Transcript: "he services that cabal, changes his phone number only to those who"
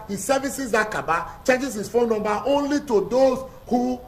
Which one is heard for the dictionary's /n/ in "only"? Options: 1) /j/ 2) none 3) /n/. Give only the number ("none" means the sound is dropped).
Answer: 3